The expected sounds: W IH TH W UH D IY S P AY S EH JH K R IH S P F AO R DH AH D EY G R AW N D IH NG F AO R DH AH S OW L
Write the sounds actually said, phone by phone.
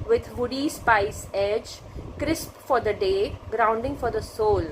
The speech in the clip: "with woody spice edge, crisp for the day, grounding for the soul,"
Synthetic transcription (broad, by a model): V IH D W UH D IY S P AY S EH JH K R IH S P F AO R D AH D EY G R AW N D IH NG F AO R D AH S OW L